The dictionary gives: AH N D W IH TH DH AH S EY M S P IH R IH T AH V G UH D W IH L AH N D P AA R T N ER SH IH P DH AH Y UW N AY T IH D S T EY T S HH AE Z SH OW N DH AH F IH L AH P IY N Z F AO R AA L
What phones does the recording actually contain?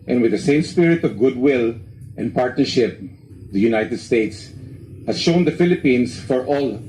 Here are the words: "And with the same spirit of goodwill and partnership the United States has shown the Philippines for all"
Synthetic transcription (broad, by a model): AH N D W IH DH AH S EY M S P IH R IH T AH V G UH D W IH L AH N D P AA R T N ER SH IH P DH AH Y UW N AY T IH D S T EY T S HH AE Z SH OW N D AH F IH L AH P IY N S F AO R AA L